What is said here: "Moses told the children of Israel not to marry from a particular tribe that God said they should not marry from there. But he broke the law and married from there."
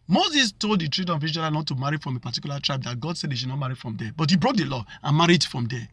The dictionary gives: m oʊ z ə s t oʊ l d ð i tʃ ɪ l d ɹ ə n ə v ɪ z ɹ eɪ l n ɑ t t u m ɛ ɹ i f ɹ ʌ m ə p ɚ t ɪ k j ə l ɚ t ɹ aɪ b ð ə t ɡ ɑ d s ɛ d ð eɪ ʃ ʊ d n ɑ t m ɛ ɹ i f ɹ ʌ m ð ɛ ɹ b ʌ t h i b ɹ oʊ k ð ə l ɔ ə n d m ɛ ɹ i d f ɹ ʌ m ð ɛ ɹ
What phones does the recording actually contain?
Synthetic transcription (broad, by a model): m oʊ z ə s t oʊ l d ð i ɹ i d ə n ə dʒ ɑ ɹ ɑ n ɑ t t u m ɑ ɹ i f ɹ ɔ m ə p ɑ t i k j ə l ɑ t ɹ aɪ b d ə t ɡ ɑ d s ɛ d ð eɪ ʃ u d n ɑ t m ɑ ɹ i f ɹ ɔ m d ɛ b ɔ t h i b ɹ oʊ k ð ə l ɔ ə n m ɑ ɹ i d f ɹ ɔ m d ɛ